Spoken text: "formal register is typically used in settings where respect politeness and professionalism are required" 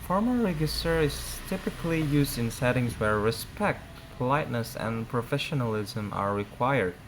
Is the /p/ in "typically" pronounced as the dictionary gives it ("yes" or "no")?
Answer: yes